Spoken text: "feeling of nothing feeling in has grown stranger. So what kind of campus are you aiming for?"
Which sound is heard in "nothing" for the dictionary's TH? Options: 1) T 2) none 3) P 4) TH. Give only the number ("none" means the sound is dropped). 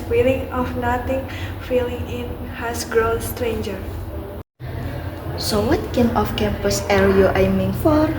1